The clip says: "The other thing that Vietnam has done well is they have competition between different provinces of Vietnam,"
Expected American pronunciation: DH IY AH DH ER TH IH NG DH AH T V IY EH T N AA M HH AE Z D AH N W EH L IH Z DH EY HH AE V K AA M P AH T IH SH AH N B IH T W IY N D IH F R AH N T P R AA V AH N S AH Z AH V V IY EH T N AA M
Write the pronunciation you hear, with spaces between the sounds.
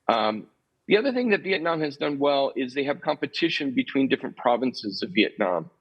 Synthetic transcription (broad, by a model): DH IY AH DH ER TH IH NG DH AH T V IY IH T N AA M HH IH Z D AH N W EH L IH Z DH EY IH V K AA M P AH T IH SH AH N B IH T W IY N D IH F R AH N P R AA V AH N S AH Z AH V V IY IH T N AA M